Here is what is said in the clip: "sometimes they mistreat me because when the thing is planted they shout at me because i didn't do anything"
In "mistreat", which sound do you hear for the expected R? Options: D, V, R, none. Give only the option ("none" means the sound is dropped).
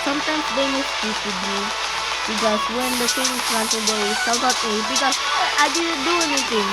none